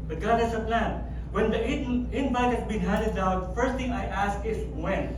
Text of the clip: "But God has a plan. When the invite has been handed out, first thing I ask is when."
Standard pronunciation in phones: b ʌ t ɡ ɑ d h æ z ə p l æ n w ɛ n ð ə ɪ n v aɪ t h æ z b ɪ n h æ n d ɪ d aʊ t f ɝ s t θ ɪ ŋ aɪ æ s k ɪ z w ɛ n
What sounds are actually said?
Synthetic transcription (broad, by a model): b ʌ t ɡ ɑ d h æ s ə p l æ n w ɛ n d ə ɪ n b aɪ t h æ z b ɪ n h æ n d ɪ d aʊ t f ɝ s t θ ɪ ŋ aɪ æ s k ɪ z w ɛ n